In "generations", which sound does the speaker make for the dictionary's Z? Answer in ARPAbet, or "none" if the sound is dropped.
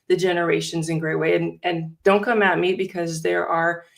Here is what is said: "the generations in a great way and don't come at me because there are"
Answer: Z